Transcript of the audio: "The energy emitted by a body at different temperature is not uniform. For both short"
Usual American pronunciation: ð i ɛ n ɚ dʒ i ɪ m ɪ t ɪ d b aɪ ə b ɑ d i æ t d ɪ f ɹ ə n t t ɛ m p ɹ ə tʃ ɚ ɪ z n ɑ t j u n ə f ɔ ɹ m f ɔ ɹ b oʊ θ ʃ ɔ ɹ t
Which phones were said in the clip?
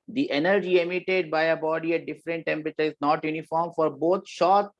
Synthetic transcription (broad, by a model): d i ɛ n ɚ dʒ i ɪ m ɪ t ɪ d b aɪ ə b ɑ d i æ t d ɪ f ɹ ə n t t ɛ m p ɹ ə tʃ ɚ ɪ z n ɑ t j u n ə f ɔ ɹ m f ɔ ɹ b oʊ t ʃ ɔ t